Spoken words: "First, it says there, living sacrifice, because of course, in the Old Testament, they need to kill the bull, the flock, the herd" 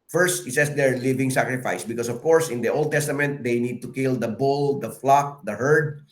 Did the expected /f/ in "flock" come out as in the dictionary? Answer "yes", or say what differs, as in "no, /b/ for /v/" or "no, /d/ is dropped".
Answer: yes